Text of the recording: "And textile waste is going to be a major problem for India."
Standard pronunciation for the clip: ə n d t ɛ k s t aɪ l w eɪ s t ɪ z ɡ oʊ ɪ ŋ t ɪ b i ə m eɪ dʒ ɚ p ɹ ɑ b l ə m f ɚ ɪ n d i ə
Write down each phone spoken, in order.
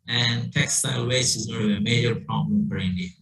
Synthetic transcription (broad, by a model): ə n t ɛ k s t aɪ l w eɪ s ɪ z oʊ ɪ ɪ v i ə m eɪ dʒ ɚ p ɹ ɑ b l ə m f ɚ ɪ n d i